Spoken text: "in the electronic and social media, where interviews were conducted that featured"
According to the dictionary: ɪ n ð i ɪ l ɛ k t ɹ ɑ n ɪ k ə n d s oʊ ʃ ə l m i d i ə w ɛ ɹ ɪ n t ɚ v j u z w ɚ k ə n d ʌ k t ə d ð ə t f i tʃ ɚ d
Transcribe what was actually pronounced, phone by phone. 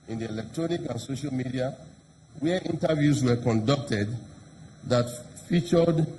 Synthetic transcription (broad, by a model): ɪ n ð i ɪ l ɛ k t ɹ ɑ n ɪ k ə n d s oʊ ʃ ə l m i d i ə w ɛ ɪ n t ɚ v j u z w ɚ k ə n d ʌ k t ə d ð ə t f i tʃ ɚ d